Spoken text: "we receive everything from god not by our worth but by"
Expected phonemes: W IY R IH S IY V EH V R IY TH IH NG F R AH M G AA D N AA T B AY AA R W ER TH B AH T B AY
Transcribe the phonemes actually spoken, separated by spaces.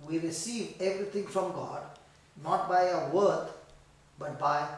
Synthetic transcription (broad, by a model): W IY R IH S IY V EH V R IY T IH NG F R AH M G AA D N AA T B AY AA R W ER T B AH T B AY